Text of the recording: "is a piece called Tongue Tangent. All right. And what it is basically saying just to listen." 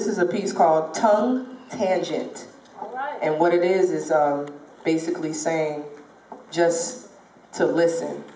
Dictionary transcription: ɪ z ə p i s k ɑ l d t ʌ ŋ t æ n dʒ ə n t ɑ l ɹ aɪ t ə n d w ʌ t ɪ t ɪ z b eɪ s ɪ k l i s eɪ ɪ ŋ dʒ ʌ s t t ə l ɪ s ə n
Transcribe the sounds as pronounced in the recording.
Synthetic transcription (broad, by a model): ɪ z ə p i s k ɑ l d t ʌ ŋ t æ n dʒ ə n t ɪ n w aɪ t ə d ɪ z ɪ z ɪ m b eɪ s ɪ k l i s eɪ ɪ ŋ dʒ ʌ s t t ə l ɪ s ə n